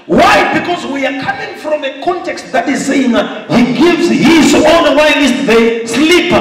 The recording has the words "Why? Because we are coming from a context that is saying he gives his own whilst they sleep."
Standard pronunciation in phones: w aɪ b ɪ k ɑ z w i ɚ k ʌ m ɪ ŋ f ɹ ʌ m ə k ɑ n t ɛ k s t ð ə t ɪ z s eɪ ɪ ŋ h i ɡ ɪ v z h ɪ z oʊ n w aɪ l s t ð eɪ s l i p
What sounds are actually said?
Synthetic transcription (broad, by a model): w aɪ b ɪ k ɑ z w i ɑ k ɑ m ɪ ŋ f ɹ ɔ m ə k ɑ n t ɛ k s t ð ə t ɪ z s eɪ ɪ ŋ h i ɡ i v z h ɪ s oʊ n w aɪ n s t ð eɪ s l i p